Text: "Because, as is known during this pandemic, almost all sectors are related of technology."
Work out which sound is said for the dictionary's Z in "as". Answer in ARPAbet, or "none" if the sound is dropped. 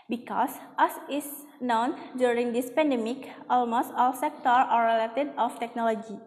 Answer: S